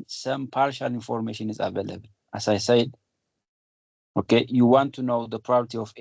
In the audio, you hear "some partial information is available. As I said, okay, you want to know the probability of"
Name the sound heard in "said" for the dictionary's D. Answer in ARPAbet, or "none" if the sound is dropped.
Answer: D